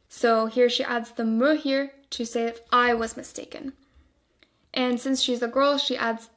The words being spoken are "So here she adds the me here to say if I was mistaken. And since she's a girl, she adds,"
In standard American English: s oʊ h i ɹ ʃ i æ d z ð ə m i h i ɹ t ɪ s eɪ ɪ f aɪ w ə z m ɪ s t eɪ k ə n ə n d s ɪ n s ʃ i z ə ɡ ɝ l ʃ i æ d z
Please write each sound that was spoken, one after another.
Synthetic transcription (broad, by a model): s oʊ h i ɹ ʃ i æ d z ð ə m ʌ h i ɹ t ɪ s eɪ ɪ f aɪ w ə z m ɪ s t eɪ k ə n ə n s ɪ n s ʃ i z ə ɡ ɝ l ʃ i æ d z